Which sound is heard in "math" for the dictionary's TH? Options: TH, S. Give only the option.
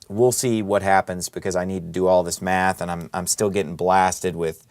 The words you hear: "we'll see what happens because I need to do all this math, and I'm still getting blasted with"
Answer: TH